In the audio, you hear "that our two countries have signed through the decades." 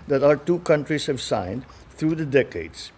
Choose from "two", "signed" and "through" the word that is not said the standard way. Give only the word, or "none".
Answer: through